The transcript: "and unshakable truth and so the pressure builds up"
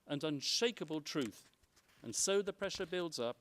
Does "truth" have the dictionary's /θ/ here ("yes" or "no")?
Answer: yes